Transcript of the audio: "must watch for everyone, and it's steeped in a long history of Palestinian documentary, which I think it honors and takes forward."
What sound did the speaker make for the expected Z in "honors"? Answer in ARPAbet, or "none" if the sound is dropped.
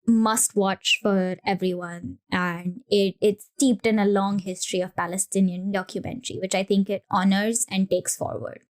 Z